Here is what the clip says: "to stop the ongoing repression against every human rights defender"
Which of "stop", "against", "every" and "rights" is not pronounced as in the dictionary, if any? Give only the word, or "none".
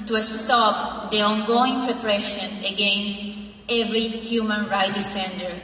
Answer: rights